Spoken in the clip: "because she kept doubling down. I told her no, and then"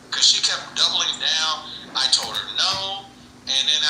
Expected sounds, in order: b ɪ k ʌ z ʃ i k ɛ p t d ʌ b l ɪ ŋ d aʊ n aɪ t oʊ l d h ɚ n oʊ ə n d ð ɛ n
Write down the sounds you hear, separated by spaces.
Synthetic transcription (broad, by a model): k ʌ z ʃ i k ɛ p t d ʌ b l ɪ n aʊ aɪ t oʊ l d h ɚ n oʊ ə n ð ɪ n